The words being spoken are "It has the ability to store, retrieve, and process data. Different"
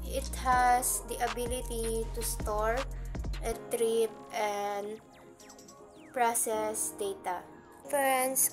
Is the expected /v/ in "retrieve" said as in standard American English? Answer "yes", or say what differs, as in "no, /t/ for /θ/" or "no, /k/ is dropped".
no, /p/ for /v/